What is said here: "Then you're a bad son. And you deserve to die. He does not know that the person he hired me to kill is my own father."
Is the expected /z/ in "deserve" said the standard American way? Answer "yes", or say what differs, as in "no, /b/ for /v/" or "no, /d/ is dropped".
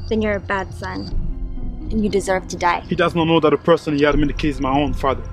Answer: yes